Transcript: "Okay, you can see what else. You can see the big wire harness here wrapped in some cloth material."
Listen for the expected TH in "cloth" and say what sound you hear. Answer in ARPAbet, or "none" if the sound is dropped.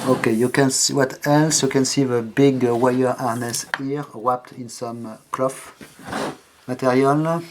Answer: F